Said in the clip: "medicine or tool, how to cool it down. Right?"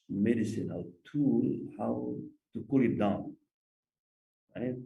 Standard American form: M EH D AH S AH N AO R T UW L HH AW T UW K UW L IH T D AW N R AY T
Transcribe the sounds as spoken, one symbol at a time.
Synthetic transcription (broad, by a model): M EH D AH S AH N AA L T UW L HH AW T UW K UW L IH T D AW N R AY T